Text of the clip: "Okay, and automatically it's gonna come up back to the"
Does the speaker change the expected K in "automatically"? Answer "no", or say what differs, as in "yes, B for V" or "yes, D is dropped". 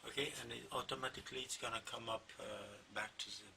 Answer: no